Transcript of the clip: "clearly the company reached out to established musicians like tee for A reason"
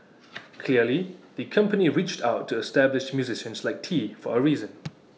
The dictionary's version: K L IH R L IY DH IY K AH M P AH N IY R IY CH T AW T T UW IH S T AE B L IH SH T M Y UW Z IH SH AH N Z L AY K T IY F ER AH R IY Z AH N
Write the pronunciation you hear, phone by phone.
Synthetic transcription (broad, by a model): K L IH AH L IY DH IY K AH M P AH N IY R IY CH T AW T T UW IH S T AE B L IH SH M Y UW Z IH SH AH N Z L AY K T IY F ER AH R IY Z AH N